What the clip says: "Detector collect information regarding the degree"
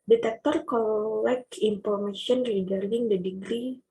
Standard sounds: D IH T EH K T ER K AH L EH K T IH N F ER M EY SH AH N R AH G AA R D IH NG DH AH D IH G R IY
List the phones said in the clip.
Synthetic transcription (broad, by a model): D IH T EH K T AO K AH L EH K IH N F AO M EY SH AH N R AH G AA R D IH NG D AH D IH G R IY